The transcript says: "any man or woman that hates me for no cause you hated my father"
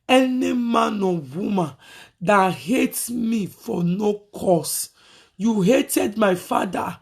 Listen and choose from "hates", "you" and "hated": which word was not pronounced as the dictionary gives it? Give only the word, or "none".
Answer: hates